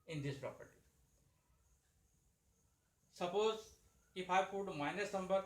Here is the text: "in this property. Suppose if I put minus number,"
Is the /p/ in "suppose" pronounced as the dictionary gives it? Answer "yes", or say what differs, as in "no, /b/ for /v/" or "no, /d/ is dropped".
yes